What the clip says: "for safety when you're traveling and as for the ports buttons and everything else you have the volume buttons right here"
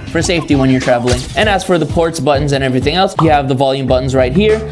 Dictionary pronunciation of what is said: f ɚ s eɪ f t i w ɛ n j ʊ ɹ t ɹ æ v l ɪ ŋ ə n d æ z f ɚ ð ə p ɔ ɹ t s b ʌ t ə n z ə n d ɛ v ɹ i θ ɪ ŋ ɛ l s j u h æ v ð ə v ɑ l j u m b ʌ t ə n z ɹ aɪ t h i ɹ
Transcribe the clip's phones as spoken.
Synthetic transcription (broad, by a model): f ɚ s eɪ f t i w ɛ n j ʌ ɹ t ɹ æ v l ɪ ŋ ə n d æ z f ɚ ð ə p ɔ ɹ t s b ʌ t n z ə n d ɛ v ɹ i θ ɪ ŋ ɛ l s j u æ v ð ə v ɑ l j u m b ʌ t n z ɹ aɪ t h i ɹ